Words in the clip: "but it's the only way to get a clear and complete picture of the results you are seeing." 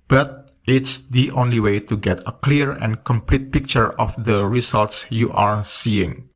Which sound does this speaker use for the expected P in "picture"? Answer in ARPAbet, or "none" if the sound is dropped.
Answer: P